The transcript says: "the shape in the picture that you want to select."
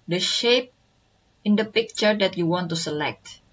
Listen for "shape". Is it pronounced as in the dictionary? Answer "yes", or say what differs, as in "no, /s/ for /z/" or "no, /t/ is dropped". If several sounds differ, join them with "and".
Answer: yes